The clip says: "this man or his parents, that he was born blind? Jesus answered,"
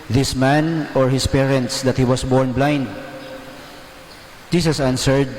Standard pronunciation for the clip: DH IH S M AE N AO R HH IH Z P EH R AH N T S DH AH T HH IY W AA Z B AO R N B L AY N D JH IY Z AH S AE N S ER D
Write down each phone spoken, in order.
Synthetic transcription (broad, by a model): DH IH S M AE N AO R HH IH S P EH R AH N T S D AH T HH IY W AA S B AO R N B L AY N D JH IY S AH S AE N S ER D